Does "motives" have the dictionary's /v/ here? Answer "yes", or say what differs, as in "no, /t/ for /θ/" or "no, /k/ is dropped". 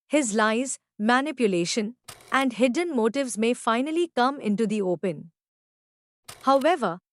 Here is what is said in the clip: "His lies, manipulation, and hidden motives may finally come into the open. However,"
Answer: yes